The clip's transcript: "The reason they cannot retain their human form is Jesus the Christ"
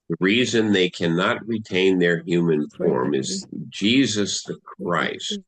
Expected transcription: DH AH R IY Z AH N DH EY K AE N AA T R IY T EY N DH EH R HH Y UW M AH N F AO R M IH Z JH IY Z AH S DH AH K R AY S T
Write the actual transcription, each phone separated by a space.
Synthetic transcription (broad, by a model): DH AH R IY Z AH N DH EY K AE N AA T R IY T EY N DH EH R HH Y UW M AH N F AO R M IH Z JH IY Z AH S DH AH K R AY S T